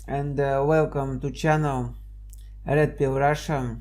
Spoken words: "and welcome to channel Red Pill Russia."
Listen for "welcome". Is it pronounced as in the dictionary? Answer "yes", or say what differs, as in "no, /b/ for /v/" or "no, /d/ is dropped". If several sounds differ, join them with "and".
yes